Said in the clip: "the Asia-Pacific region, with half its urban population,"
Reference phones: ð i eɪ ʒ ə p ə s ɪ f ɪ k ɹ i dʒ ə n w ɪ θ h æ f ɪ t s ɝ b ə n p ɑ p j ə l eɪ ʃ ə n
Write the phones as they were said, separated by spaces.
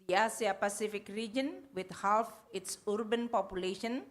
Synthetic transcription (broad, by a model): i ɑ s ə p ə s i f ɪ k ɹ i dʒ ə n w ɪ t h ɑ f ɪ t s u b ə n p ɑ p j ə l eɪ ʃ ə n